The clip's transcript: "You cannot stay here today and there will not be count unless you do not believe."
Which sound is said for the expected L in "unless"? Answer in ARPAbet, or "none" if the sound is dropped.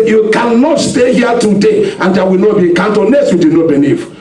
none